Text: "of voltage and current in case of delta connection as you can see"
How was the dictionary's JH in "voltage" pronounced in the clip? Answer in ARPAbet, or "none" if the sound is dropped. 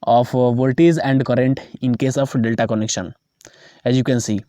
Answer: Z